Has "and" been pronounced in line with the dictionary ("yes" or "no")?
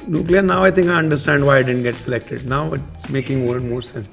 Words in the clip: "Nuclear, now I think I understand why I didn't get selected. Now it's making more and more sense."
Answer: no